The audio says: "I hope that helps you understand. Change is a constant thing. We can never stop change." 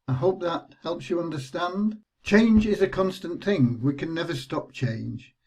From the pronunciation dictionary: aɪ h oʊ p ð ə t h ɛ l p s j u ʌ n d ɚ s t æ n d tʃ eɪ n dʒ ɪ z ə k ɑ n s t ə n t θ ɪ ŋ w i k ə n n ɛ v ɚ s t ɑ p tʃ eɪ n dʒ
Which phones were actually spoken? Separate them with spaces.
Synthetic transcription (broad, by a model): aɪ h oʊ p ð ə t h ɛ l p s j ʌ ʌ n d ɚ s t æ n d tʃ eɪ n dʒ ɪ z ə k ɑ n s t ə n θ ɪ ŋ w i k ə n n ɛ v ɚ s t ɑ p tʃ eɪ n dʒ